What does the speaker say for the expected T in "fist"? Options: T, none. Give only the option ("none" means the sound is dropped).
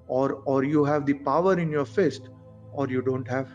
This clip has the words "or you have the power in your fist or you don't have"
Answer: T